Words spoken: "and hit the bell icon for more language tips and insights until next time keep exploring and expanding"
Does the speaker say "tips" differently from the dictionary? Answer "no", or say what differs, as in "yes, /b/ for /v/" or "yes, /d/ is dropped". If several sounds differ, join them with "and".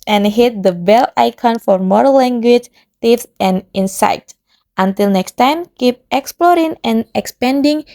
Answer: yes, /f/ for /p/